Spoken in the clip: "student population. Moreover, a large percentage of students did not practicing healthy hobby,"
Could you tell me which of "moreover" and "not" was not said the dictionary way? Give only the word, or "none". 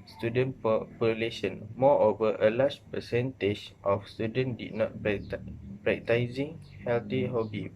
moreover